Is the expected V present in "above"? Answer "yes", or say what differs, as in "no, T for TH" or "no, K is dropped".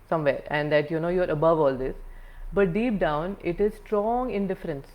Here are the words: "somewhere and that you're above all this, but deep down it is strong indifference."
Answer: yes